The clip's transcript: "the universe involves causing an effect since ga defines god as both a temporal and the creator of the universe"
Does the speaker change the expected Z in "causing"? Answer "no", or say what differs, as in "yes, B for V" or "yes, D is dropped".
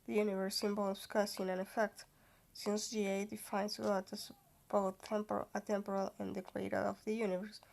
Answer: yes, S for Z